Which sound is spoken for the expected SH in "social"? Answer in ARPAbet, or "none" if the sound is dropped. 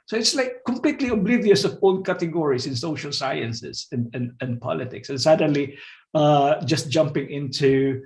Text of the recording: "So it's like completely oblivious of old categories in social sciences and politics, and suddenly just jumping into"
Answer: SH